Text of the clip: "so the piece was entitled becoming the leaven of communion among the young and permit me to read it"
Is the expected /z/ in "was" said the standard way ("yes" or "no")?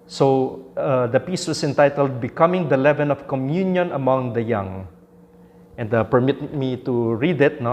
no